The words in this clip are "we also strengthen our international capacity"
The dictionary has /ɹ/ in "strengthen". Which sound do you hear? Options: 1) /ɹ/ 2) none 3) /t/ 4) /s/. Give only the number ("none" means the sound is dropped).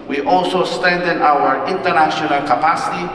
2